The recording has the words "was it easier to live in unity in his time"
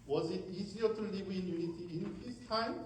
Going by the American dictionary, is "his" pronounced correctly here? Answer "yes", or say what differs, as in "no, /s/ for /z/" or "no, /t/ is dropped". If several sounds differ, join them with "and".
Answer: no, /s/ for /z/